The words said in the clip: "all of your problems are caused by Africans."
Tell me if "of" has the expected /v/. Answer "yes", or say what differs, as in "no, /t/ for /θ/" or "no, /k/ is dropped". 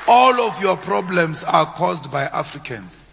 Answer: no, /f/ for /v/